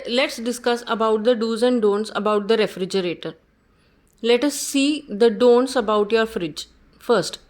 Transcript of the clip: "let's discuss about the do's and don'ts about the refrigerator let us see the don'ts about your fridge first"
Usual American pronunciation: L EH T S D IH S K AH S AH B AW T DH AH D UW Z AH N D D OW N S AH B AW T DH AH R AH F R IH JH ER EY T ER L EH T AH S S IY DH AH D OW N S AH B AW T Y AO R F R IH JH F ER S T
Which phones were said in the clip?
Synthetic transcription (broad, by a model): L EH T S D IH S K AH S AH B AW T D AH D UW Z AH N D D OW N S AH B AW T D AH R AH F R IH JH ER EY T ER L EH T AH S S IY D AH D OW N S AH B AW T Y AO R F R IH JH F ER S T